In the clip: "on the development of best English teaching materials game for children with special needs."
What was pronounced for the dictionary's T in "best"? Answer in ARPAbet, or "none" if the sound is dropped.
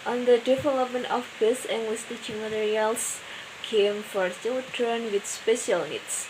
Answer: none